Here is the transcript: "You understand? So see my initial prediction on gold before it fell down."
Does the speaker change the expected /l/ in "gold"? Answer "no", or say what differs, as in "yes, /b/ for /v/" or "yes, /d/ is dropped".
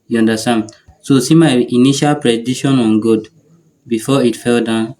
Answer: yes, /l/ is dropped